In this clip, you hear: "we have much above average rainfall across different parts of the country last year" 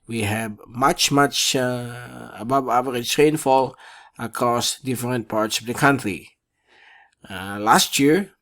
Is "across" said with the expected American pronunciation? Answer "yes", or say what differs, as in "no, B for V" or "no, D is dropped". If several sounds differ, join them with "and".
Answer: yes